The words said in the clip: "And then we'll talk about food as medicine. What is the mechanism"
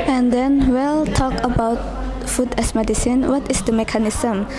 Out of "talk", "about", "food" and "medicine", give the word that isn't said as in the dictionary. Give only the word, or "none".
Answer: none